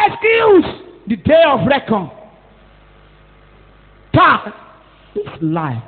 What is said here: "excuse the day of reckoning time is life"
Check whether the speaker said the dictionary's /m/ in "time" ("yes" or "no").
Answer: no